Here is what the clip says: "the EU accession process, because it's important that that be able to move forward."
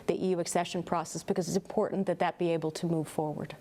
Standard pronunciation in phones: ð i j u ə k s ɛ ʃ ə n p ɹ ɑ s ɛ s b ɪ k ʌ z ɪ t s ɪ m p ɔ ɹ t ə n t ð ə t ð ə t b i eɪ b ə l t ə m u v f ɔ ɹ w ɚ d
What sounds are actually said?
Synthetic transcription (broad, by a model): ð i j u ə k s ɛ ʃ ə n p ɹ ɑ s ɛ s b ɪ k ʌ z ɪ t s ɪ m p ɔ ɹ t n ð ə t ð ə t b i eɪ b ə l t ə m u v f ɔ ɹ w ɚ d